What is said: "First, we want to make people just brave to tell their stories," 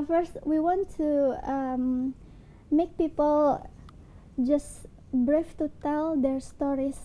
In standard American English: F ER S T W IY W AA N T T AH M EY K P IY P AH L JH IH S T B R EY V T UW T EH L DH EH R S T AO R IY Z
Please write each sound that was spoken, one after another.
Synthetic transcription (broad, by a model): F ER S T W IY W AA N T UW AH M EY K P IY P AH L JH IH S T B R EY F T UW T EH L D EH R S T AO R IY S